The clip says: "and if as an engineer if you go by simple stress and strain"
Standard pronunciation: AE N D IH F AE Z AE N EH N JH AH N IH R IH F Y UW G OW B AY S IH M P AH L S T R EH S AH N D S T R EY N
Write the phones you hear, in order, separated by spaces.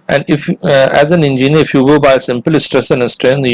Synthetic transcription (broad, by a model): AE N D IH F AE Z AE N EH N JH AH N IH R IH F Y UW G OW B AY S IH M P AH L S T R EH S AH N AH S T R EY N